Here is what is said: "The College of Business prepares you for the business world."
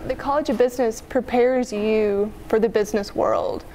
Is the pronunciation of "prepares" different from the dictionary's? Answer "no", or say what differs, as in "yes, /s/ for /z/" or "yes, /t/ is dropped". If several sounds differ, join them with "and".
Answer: no